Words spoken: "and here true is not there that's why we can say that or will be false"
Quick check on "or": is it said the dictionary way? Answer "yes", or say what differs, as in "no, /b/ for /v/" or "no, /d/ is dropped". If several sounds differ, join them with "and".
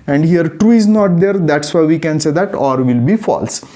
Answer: yes